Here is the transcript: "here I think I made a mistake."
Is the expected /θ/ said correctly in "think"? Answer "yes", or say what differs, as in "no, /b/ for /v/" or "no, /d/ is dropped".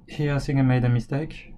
no, /s/ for /θ/